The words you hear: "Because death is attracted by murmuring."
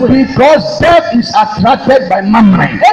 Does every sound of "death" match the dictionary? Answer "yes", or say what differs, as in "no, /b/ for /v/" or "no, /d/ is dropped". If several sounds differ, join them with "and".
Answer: no, /f/ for /θ/